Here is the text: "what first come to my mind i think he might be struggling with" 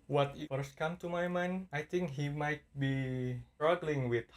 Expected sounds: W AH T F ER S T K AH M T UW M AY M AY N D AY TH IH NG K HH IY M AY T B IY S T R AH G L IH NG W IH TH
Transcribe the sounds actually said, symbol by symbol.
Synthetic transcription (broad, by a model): W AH T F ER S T K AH M T UW M AY M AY N AY T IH NG K HH IY M AY T B IY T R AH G L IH NG W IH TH